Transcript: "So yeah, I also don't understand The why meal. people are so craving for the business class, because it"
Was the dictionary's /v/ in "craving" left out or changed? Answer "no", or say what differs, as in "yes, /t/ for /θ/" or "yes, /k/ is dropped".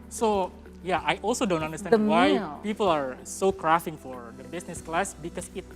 yes, /f/ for /v/